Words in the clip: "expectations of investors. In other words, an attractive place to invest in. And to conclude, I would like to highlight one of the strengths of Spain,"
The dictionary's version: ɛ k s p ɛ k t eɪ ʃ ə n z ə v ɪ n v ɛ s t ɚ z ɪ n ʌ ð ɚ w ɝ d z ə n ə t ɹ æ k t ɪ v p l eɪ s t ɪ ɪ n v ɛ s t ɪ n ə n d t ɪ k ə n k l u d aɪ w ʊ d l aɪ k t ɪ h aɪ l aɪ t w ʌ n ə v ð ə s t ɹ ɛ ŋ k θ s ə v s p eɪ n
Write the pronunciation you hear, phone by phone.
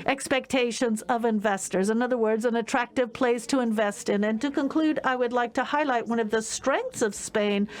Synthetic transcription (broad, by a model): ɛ k s p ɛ k t eɪ ʃ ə n z ə v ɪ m v ɛ s t ɚ z ɪ n ʌ ð ɚ w ɝ d z ə n ə t ɹ æ k t ɪ v p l eɪ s t ɪ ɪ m v ɛ s t ɪ n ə n t ɪ k ə n k l u d aɪ w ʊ d l aɪ k t ɪ h aɪ l aɪ t w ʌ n ə v ð ə s t ɹ ɛ ŋ k θ s ə v s p eɪ n